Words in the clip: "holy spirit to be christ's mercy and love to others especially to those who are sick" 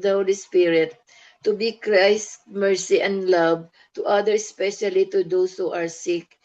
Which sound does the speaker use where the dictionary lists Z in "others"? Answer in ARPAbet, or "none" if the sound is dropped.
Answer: none